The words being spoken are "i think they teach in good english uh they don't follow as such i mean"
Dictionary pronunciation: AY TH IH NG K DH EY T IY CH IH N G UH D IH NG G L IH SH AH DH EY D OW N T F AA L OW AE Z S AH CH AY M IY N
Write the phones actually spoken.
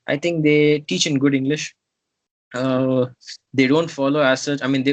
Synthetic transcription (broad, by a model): AY T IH NG K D EY T IY CH IH N G UH D IH NG G L IH SH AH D EY D OW N T F AA L OW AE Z S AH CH AY M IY N